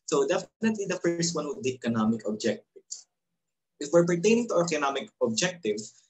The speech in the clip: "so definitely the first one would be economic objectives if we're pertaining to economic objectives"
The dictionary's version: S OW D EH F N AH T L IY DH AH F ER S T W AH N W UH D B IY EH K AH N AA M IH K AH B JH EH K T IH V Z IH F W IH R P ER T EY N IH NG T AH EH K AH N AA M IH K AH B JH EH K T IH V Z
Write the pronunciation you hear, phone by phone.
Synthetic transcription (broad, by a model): S OW D EH F N AH T L IY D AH F ER S T W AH N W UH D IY EH K AH N AA M IH K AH B JH EH K T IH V S IH F W IH R P ER T EY N IH NG T AH EH K AH N AA M IH K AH B JH EH K T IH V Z